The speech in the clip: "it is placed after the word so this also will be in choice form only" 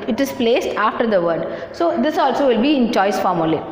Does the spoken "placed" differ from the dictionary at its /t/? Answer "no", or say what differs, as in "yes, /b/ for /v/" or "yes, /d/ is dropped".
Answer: no